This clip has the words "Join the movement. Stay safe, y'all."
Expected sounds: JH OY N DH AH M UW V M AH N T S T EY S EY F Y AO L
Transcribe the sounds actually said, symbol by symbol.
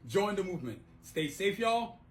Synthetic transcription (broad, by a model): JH OY N DH AH M UW V M AH N T S T EY S EY F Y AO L